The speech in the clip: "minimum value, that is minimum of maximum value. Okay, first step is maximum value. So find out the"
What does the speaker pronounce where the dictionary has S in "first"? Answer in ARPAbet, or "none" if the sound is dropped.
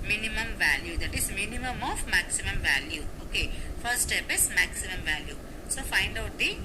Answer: none